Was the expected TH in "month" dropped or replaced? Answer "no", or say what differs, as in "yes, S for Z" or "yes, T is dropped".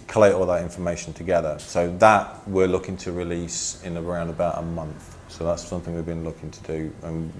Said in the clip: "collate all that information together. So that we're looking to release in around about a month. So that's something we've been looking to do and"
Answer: no